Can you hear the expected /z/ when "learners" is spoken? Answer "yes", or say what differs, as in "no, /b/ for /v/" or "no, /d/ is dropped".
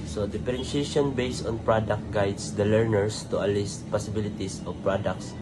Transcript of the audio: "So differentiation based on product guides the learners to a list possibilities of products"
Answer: no, /s/ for /z/